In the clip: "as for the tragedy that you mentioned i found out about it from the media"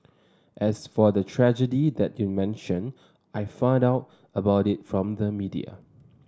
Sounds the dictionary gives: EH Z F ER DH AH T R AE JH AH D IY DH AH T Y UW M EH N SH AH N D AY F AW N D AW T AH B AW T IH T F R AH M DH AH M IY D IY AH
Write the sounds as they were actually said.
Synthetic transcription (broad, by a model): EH S F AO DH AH T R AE JH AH D IY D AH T Y UW M EH N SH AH N AY F AW N D AW T AH B AW T IH T F R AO M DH AH M IY D IY AH